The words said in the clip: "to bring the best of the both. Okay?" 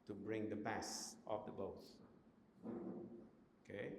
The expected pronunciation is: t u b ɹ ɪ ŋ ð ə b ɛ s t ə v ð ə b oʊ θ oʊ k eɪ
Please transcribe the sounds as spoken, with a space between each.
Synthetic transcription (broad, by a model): t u b ɹ ɪ ŋ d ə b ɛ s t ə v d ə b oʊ s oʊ k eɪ